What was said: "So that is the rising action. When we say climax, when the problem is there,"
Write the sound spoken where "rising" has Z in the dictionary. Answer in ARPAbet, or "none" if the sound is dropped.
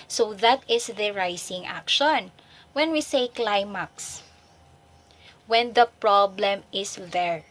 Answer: S